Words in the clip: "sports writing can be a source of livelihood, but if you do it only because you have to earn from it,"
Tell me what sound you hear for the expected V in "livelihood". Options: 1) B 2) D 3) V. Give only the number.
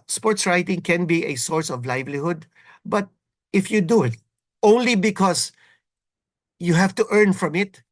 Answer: 3